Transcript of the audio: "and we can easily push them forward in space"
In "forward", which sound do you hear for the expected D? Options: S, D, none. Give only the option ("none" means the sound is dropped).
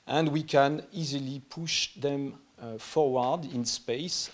D